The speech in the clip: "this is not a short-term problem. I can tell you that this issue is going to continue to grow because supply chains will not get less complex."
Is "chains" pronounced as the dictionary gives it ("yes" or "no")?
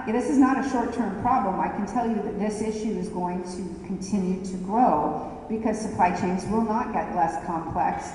yes